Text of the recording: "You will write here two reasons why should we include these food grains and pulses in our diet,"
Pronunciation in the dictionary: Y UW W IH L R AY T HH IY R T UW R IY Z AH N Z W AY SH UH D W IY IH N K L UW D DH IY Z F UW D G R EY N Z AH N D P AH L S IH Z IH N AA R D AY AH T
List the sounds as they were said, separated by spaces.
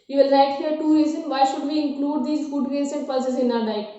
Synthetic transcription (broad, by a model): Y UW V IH L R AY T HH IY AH T UW R IY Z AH N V AY SH UH D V IY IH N K L UW D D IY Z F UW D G EY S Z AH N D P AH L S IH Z IH N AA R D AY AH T